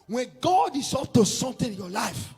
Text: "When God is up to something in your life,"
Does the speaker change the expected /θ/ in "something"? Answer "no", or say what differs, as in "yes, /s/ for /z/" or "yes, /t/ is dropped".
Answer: yes, /t/ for /θ/